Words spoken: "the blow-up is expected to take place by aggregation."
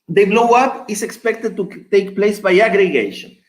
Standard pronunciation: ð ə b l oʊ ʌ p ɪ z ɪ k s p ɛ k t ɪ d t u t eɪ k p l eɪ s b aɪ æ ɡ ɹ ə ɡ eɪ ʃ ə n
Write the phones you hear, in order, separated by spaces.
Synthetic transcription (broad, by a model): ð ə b l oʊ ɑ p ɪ s ɪ k s p ɛ k t ɪ d t u t eɪ k p l eɪ s b aɪ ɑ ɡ ɹ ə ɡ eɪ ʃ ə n